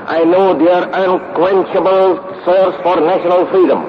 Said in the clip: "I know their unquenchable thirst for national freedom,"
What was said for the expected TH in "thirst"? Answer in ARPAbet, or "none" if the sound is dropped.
S